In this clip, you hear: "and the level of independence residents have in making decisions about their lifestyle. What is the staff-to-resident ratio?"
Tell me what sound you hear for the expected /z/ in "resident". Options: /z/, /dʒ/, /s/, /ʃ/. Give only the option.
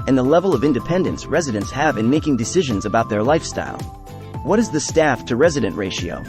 /z/